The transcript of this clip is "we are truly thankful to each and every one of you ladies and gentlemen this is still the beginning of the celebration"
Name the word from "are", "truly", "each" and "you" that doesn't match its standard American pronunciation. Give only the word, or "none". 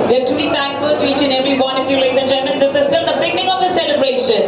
truly